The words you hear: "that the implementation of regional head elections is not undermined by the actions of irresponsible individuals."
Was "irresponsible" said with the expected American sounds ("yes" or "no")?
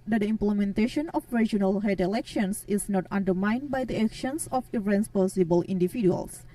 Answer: no